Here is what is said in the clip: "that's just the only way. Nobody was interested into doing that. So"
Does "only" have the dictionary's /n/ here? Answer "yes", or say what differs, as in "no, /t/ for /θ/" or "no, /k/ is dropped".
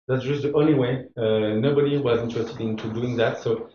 yes